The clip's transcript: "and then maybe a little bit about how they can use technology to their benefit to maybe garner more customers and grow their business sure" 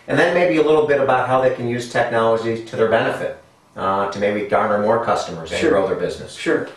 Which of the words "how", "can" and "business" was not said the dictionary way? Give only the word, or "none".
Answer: none